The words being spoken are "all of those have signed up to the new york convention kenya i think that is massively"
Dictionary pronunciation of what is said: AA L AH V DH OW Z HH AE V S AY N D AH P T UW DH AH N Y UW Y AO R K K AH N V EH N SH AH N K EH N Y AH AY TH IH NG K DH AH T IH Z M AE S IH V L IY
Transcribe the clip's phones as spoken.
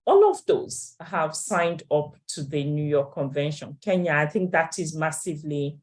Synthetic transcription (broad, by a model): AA L AH V DH OW Z HH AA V S AY N D AH P T UW DH AH N Y UW Y AO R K K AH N V EH N SH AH N K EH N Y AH AY TH IH NG K DH AH T IH Z M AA S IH V L IY